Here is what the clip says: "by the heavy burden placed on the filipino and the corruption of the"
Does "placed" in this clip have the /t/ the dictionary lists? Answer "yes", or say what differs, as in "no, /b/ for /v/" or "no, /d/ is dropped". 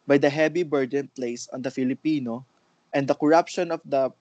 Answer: no, /t/ is dropped